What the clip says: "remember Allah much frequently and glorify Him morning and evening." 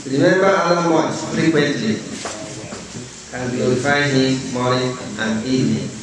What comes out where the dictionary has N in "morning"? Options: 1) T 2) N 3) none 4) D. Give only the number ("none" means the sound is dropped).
3